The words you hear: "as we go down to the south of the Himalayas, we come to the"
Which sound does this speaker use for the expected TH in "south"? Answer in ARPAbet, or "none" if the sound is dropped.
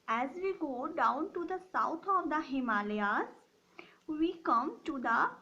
T